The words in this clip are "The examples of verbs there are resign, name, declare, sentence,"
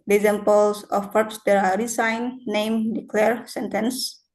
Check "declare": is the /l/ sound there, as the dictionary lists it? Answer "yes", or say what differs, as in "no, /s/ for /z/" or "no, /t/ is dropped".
yes